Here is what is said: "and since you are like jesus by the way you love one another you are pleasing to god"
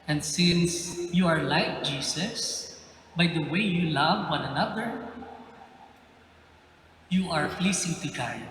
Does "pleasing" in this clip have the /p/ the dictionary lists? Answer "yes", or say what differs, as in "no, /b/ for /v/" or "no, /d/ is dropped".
no, /f/ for /p/